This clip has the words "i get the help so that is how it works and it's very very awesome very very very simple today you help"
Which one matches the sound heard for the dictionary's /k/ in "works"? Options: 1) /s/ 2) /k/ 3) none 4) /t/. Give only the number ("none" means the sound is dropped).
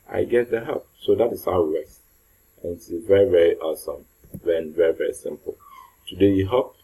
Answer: 3